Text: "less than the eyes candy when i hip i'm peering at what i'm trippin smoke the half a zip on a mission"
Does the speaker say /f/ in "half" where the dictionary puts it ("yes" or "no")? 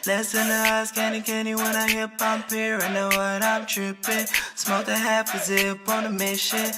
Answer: no